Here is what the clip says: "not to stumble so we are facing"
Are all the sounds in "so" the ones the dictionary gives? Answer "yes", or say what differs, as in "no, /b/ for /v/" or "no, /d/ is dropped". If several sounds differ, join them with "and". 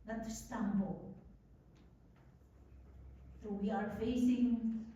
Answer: no, /θ/ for /s/